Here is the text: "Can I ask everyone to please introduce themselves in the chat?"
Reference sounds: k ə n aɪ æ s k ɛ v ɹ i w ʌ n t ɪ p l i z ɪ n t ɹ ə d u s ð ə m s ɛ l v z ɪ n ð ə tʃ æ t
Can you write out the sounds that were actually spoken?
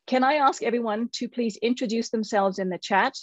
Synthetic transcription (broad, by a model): k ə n aɪ æ s k ɛ v ɹ i w ʌ n t ɪ p l i z ɪ n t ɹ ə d u s ð ə m s ɛ l v z ɪ n ð ə tʃ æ t